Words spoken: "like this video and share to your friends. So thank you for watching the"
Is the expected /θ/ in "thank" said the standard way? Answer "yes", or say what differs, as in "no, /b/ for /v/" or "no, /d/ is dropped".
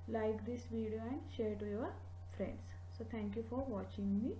no, /t/ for /θ/